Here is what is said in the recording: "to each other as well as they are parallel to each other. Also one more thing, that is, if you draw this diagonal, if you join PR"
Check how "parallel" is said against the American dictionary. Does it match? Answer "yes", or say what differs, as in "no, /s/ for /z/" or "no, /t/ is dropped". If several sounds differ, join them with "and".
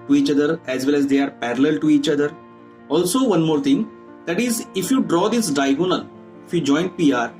yes